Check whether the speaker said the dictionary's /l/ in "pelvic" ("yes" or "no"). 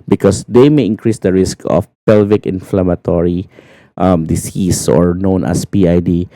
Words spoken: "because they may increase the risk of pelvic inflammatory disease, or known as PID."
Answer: yes